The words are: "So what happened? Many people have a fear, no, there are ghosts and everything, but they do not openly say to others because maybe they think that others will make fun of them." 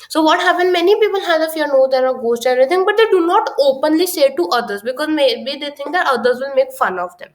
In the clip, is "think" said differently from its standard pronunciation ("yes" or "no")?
yes